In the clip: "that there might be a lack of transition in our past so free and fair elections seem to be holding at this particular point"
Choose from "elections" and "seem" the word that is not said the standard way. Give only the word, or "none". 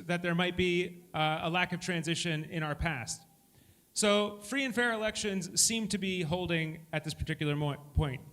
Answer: none